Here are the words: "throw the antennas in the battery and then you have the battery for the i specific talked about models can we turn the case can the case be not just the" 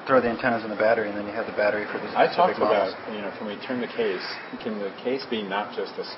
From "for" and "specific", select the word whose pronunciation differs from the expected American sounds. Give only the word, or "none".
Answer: specific